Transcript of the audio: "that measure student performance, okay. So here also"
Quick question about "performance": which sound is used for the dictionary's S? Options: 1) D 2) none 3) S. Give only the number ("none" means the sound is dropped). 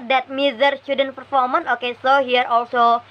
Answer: 2